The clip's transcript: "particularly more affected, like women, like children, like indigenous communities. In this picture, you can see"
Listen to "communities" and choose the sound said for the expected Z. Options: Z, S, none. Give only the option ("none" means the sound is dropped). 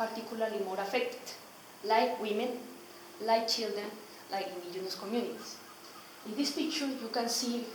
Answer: S